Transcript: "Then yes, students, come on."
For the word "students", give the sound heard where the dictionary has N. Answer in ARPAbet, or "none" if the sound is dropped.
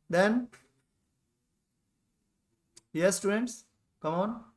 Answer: N